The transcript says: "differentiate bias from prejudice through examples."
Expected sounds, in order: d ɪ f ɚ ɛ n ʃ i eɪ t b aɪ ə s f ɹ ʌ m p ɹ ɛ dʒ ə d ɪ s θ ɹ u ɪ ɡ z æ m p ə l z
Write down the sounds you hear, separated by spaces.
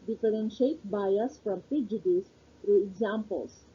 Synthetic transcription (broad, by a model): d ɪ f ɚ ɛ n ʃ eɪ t b aɪ ə s f ɹ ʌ m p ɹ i dʒ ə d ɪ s f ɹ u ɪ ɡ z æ m p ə l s